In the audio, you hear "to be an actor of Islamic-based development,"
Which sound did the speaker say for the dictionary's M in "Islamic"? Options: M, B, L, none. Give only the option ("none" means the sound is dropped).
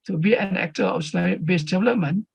none